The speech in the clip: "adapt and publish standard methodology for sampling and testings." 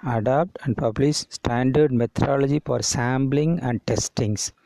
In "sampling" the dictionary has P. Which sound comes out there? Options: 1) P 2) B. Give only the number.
2